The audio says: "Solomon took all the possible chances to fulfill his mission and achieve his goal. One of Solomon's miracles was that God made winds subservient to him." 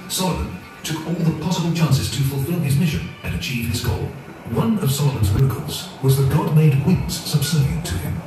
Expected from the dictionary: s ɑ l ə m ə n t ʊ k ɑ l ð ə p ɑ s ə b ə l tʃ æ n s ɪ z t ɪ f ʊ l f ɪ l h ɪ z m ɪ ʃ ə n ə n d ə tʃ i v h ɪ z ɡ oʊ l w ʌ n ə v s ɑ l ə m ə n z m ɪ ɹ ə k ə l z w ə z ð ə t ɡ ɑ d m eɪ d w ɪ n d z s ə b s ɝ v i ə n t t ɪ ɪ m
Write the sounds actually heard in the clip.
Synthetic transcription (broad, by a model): s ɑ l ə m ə n t ʊ k ɑ l ð ə p ɑ s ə b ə l tʃ æ n s ɪ z t ɪ f l f ɪ l ɪ z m ɪ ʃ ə n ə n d ə tʃ i v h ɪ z ɡ oʊ l w ʌ n ə v s ɑ l ə m ə n z m ɪ ɹ ə k ə l z w ə z ð ə t ɡ ɑ d m eɪ d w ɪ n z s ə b s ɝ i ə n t t ɪ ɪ m